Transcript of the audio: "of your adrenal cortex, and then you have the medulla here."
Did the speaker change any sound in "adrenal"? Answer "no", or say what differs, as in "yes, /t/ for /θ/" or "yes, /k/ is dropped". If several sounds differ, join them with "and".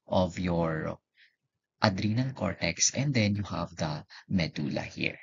yes, /n/ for /l/